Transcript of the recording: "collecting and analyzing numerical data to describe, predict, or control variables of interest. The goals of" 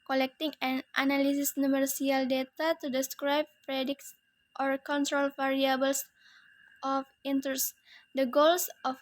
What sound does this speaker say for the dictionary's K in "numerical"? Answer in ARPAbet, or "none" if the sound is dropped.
none